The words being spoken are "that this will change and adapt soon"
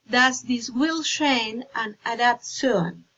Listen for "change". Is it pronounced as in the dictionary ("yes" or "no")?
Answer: no